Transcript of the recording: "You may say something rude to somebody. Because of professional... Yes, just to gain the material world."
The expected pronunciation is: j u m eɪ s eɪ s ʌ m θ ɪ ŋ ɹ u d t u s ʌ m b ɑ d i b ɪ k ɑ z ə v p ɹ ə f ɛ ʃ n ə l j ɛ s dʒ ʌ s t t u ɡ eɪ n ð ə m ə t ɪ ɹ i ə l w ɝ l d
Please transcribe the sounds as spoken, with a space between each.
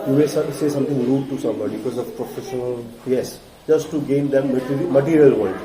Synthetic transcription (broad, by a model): j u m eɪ s eɪ s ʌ m t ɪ ŋ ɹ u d t u s ʌ m b ɑ d i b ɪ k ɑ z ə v p ɹ ə f ɛ ʃ n ə l j ɛ s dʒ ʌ s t t u ɡ eɪ n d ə m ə t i ɹ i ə l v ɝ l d